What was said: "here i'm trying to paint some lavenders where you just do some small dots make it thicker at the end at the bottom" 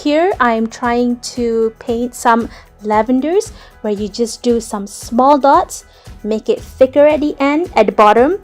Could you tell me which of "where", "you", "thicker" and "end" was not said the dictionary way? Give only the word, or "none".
thicker